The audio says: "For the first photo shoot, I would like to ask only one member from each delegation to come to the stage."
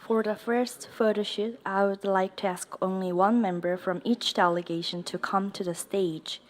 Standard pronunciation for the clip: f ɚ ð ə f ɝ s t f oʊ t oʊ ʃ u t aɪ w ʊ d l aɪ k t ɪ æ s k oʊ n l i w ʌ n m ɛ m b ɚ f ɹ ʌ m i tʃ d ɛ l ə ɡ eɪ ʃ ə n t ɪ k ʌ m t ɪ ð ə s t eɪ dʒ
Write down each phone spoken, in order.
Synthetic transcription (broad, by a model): f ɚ ð ə f ɝ s t f oʊ t oʊ ʃ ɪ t aɪ w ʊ d l aɪ k t ɪ æ s k oʊ n l i w ʌ n m ɛ m b ɚ f ɹ ʌ m i tʃ d ɛ l ə ɡ eɪ ʃ ə n t ɪ k ʌ m t ɪ ð ə s t eɪ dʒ